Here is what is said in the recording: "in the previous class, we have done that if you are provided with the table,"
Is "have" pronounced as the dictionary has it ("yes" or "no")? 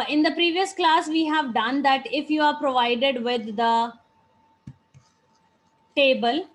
yes